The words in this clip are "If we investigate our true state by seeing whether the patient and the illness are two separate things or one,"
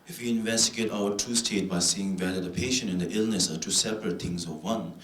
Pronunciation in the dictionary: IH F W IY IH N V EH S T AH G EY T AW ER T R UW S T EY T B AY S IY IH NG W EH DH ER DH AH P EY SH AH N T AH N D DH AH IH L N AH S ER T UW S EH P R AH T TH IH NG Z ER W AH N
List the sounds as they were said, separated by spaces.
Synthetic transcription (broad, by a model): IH F W IY IH N V EH S T AH G EY T AW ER T UW S T EY T B AY S IY IH NG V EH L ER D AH P EY SH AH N AH N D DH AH IH L N AH S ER T UW S EH P R AH T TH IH NG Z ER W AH N